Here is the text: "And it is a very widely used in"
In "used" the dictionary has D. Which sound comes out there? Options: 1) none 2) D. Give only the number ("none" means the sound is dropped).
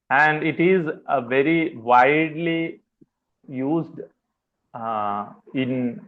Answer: 2